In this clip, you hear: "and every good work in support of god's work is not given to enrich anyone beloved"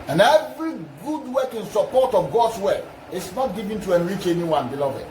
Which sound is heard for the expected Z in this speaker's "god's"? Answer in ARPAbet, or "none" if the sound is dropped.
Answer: S